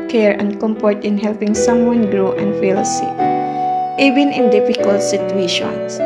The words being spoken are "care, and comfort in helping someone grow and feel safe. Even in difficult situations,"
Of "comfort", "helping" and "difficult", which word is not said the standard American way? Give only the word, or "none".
comfort